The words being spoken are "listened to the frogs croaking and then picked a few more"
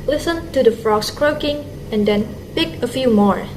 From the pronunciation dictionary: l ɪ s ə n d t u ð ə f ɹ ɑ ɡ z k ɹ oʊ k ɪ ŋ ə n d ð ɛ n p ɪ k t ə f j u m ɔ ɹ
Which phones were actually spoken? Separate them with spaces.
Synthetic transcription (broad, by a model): l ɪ s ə n t u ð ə f ɹ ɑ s k ɹ oʊ k ɪ ŋ ə n d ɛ n p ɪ k ə f j u m ɔ ɹ